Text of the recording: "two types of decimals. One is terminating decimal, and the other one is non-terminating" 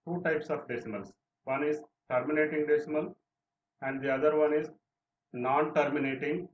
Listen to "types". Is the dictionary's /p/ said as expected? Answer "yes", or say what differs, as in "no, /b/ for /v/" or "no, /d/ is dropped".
yes